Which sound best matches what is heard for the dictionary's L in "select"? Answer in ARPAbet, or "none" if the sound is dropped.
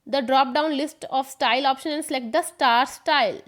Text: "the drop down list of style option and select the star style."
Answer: none